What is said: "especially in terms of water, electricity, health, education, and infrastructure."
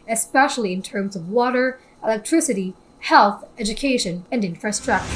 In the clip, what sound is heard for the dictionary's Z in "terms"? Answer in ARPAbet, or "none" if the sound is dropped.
Z